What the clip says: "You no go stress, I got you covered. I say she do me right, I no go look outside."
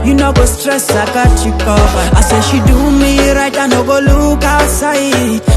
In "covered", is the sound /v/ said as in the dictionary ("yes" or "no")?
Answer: no